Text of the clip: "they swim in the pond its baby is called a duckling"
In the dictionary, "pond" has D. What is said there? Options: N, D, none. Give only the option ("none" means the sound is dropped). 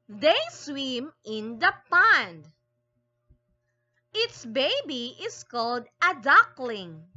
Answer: D